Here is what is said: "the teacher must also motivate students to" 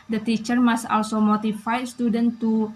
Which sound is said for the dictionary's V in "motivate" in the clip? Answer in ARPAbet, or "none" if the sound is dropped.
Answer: F